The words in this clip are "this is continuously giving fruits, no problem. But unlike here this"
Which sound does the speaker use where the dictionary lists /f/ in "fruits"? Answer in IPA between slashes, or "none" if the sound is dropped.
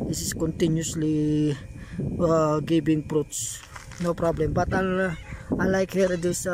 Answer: /p/